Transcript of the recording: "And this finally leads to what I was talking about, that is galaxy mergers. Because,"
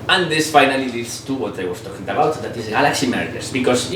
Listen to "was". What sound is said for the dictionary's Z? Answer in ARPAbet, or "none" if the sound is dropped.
S